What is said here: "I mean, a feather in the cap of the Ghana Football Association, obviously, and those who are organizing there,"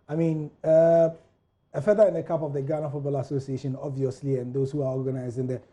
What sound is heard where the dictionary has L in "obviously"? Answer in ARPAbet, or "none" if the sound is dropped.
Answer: L